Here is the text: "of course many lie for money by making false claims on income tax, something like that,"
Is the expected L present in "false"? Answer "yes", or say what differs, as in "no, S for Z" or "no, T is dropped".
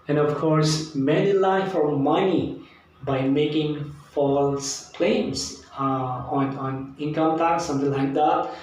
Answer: yes